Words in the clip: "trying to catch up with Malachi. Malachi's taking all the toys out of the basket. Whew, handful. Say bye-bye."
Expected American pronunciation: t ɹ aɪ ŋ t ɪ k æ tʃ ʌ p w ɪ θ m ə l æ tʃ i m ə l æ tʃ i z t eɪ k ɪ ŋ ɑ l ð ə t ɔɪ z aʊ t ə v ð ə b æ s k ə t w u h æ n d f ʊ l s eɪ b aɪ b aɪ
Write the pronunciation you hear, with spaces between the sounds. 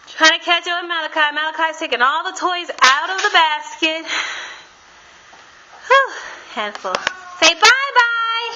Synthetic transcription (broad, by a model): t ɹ aɪ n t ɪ k æ tʃ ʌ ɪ m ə l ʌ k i m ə l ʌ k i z t eɪ k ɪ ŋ ɑ l ð ə t ɔɪ z aʊ t ə v ð ə b æ s k ə t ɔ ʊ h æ n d f l s eɪ b aɪ b aɪ